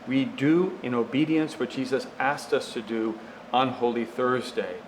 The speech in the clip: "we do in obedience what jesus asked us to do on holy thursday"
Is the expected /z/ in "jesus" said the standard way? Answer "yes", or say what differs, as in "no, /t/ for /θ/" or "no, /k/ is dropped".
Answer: yes